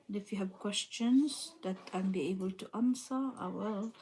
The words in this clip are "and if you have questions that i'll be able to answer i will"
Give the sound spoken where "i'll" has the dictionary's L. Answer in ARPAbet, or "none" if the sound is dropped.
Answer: N